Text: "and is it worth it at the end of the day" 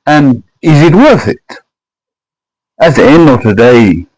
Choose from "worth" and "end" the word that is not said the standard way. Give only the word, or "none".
none